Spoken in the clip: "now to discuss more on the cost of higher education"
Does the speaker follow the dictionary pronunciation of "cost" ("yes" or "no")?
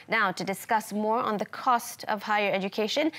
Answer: yes